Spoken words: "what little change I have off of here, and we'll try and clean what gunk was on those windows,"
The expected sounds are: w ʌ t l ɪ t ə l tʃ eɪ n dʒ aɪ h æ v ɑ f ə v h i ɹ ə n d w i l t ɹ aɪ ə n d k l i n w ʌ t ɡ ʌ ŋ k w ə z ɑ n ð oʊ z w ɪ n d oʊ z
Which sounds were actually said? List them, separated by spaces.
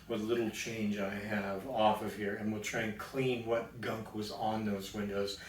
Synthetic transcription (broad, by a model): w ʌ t l ɪ t l tʃ eɪ n dʒ aɪ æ v ɑ f ə v h i ɹ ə n w i l t ɹ aɪ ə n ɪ k l i n w ʌ t ɡ ʌ ŋ k w ə z n ð oʊ z w ɪ n d oʊ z